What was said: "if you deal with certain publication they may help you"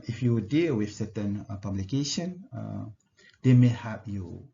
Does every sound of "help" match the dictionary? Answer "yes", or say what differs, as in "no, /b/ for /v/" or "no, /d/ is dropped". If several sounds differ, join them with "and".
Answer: no, /l/ is dropped